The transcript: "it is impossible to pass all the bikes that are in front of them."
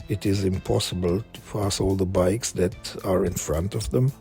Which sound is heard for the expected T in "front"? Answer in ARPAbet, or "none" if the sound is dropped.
T